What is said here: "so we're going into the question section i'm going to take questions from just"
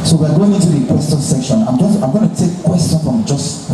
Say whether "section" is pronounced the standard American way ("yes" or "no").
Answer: yes